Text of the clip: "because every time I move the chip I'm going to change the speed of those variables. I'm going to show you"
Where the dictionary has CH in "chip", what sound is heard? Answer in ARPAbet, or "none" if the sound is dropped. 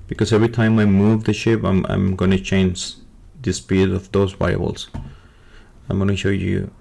SH